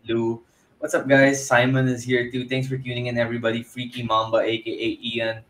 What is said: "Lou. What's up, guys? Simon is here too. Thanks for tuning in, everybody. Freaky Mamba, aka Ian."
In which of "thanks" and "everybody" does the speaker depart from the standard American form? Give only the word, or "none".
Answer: thanks